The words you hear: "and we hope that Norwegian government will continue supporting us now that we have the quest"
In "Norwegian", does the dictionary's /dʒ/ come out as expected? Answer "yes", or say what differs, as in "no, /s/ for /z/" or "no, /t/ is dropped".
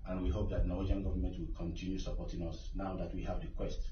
no, /dʒ/ is dropped